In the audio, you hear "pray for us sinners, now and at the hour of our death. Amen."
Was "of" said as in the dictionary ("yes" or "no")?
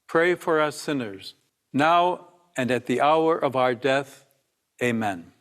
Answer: yes